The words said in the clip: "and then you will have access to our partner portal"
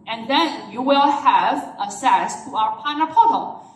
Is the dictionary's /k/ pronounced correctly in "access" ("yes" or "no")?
no